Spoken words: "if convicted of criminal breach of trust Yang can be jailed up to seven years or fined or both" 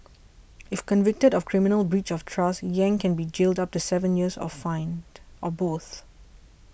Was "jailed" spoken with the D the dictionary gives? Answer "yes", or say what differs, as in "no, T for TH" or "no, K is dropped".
yes